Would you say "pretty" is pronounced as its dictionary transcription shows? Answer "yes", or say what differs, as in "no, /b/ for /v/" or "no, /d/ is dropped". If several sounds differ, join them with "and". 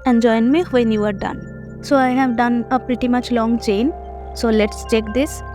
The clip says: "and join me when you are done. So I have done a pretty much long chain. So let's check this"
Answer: yes